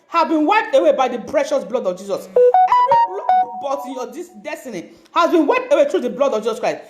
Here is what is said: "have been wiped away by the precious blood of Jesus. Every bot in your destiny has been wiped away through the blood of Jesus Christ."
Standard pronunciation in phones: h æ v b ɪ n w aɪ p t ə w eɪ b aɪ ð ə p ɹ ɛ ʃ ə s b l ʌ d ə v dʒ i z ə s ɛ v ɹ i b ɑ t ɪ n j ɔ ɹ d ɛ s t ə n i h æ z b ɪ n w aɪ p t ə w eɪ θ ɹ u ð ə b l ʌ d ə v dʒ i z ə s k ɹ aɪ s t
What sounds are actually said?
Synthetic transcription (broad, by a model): h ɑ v b ɪ n w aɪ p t ə w eɪ b aɪ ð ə p ɹ ɛ ʃ ə s b l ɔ d ə v dʒ i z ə s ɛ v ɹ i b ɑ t ɪ n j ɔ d d ɛ s t ə n i h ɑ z b ɪ n w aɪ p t ə w eɪ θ ɹ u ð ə b l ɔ d ə v dʒ i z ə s k ɹ aɪ s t